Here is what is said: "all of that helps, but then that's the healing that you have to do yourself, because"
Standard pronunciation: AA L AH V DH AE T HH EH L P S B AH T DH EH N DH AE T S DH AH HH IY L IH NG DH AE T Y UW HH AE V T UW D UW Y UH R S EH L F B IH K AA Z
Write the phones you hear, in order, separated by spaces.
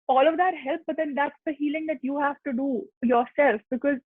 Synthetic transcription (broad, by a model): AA L AH V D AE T HH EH L P B AH T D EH N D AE T S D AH HH IY L IH NG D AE T Y UW HH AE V T UW D UW Y UH R S EH L F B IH K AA Z